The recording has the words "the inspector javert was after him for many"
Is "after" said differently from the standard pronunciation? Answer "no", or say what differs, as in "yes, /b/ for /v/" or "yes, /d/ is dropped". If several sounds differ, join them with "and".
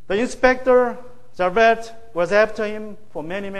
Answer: yes, /p/ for /f/